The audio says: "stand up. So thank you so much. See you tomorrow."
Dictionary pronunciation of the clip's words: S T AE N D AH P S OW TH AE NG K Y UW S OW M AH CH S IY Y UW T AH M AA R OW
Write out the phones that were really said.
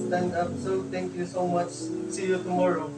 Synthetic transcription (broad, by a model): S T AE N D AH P S OW T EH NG K Y UW S OW M AH CH S IY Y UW T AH M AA R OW